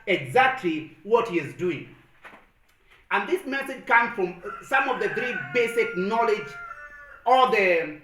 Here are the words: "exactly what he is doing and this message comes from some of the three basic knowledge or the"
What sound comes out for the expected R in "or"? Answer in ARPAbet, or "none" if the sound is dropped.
L